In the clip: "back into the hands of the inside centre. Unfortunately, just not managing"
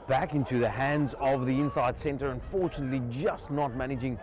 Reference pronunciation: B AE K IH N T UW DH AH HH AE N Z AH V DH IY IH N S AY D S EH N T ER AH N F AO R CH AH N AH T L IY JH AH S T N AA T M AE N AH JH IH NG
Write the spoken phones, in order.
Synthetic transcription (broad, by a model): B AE K IH N T UW DH AH HH AE N Z AH V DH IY IH N S AY D S EH N T ER AH N F AO R CH AH N AH T L IY JH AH S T N AA T M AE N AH JH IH NG